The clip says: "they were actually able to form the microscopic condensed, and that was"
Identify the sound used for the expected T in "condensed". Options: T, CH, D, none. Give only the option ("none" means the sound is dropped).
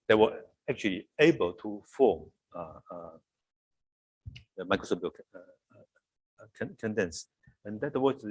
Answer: none